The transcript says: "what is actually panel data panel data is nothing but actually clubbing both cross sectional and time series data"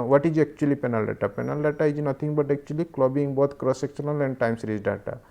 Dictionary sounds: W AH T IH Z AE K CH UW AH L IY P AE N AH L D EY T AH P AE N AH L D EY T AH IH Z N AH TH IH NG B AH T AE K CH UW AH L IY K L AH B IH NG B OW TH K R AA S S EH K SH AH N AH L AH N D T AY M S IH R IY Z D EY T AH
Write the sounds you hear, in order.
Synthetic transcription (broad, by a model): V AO T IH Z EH K CH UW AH L IY P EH N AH L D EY T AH P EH N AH L D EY T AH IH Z N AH T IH NG B AH T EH K CH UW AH L IY K L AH B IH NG B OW T K R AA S S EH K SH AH N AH L AH N D T AY M S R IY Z D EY T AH